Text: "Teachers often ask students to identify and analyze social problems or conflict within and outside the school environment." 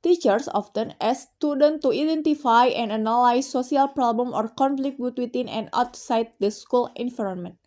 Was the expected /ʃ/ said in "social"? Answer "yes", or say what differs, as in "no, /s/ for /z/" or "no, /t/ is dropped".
no, /s/ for /ʃ/